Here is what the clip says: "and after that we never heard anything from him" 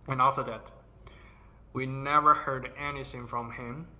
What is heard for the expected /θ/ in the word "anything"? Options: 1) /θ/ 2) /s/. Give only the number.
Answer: 2